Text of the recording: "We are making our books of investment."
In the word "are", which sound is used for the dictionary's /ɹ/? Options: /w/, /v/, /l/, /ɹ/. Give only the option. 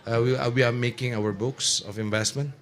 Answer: /w/